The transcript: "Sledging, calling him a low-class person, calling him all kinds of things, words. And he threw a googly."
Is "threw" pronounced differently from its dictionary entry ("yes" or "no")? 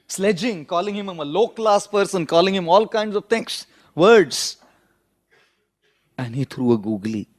yes